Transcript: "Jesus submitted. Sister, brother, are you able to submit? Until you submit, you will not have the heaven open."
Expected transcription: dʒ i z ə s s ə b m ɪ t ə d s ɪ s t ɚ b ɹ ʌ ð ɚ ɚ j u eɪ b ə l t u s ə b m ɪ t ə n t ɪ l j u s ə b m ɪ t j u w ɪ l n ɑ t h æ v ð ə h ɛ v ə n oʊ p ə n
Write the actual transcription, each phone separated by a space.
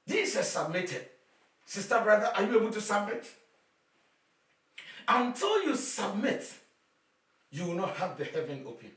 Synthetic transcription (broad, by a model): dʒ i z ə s s ə b m ɪ t ə d s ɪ s t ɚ b ɹ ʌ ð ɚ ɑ j u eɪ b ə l t u s ə b m ɪ t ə n t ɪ l j u s ə b m ɪ t j u w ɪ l n ɑ t h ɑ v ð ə h ɛ v ə n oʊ p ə n